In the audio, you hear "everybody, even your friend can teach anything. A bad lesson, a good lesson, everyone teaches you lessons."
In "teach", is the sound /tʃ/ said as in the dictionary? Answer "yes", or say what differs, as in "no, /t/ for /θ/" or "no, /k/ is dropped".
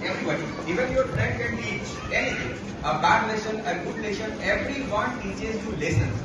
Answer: no, /tʃ/ is dropped